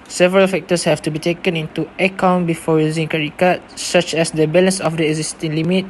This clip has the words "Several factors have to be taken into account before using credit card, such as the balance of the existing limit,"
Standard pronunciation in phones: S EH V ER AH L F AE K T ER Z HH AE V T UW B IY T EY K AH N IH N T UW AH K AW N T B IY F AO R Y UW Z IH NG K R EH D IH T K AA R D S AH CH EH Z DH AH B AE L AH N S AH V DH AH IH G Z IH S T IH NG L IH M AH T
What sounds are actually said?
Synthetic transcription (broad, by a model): S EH V ER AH L F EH K T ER S HH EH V T UW B IY T EY K AH N IH N T UW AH K AW N B IY F AO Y UW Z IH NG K EH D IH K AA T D S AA CH EH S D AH B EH L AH N S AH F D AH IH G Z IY S T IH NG L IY M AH T